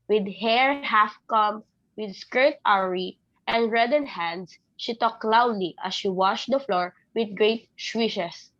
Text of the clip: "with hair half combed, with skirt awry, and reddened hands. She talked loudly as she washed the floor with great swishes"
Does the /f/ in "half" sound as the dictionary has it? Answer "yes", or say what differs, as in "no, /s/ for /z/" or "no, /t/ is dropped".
yes